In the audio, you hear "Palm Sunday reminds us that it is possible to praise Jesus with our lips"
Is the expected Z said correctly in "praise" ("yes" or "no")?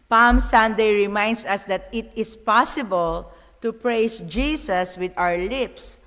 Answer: no